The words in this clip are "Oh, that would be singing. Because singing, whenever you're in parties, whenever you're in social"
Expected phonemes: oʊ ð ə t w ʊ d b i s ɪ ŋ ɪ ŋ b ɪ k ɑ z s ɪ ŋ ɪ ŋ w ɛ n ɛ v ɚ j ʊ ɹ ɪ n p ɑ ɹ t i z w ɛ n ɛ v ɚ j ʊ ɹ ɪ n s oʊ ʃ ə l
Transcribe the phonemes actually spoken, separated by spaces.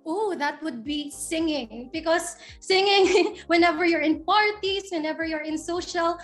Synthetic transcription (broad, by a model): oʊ ð ə t w ʊ d b i s ɪ ŋ ɪ ŋ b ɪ k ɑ s ɪ ŋ ɪ ŋ w ɛ n ɛ v ɚ j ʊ ɹ ɪ n p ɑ ɹ t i s w ɛ n ɛ v ɚ j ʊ ɹ ɪ n s oʊ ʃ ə l